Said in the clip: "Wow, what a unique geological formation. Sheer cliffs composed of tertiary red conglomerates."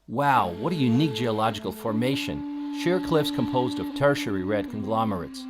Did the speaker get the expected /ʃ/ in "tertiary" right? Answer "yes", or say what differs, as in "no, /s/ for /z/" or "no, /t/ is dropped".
yes